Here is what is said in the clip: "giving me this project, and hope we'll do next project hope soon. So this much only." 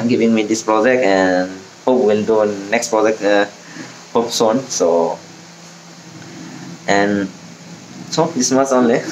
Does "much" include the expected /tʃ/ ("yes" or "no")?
no